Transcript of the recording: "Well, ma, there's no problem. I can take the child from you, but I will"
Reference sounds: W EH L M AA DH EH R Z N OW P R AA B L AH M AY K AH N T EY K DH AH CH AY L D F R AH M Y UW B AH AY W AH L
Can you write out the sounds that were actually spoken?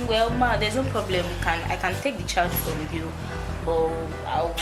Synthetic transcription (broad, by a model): W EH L M AA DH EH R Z N OW P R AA B L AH M AY K AH N T EY K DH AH CH AY L D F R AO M Y UW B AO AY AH